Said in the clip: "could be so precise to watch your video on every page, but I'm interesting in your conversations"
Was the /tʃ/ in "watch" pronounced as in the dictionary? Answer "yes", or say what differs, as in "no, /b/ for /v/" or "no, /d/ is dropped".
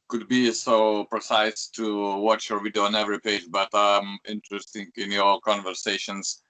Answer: yes